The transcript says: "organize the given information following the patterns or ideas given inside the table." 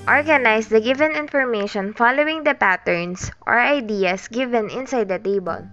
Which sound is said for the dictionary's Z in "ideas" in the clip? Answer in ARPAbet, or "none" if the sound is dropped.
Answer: S